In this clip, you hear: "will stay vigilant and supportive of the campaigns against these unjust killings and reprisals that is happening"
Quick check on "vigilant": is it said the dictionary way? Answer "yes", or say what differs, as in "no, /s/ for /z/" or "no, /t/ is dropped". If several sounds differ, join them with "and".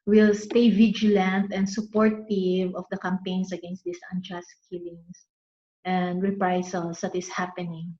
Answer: yes